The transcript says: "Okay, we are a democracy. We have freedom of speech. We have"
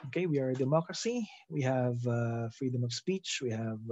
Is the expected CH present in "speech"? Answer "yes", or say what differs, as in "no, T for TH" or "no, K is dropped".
yes